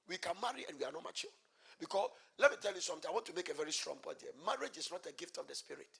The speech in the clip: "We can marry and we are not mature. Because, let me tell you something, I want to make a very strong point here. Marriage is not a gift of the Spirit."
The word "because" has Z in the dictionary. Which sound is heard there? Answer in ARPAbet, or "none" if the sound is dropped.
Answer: S